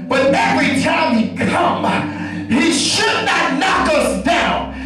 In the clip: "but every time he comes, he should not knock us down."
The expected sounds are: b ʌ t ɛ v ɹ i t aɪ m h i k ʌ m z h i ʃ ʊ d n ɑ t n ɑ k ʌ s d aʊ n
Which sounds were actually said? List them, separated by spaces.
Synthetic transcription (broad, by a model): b ʌ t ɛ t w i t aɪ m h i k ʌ m h i ʃ ʊ d n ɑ t n ɑ k ʌ s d aʊ n